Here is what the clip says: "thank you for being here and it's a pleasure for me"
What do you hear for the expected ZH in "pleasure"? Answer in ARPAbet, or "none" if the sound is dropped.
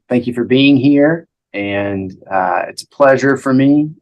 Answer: ZH